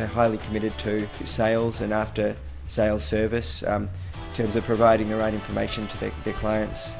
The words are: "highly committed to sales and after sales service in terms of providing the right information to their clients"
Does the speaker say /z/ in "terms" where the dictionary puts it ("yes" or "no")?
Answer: yes